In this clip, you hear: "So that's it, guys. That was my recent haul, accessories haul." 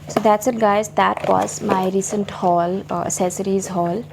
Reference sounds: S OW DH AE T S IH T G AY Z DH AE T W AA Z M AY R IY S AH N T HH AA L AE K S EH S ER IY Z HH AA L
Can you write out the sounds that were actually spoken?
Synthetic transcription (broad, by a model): S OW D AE T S IH T G AY Z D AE T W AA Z M AY R IY S AH N T HH AA L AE S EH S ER IY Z HH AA L